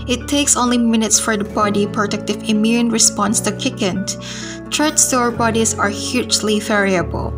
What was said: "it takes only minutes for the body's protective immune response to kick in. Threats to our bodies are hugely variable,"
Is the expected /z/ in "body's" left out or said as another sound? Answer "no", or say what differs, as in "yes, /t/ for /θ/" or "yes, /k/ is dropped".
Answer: yes, /z/ is dropped